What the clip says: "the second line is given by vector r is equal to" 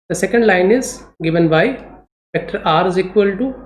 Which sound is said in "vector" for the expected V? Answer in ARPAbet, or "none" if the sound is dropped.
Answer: P